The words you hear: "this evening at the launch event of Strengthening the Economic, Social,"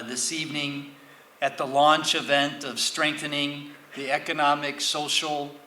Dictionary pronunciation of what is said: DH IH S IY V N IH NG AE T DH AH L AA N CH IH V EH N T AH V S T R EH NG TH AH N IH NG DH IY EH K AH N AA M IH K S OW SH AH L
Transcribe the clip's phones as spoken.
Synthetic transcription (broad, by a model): DH IH S IY V N IH NG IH T DH AH L AA N CH IH V EH N T AH V S T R EH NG TH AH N IH NG DH IY EH K AH N AA M IH K S OW SH L